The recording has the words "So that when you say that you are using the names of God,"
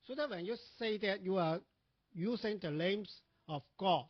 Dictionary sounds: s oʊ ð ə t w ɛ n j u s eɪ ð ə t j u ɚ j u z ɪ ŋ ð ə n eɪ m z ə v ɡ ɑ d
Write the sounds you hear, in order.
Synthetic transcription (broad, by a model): s oʊ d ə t w ɛ n j u s eɪ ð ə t j u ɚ j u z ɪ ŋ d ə l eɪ m s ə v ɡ ɑ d